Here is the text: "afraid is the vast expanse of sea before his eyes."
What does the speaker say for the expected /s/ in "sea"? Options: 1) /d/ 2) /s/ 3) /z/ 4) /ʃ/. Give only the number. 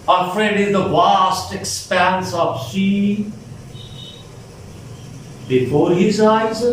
4